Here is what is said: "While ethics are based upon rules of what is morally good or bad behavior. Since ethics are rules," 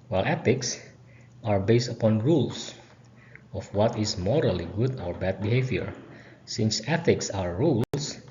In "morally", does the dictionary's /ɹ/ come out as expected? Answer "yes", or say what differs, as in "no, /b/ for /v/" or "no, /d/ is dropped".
yes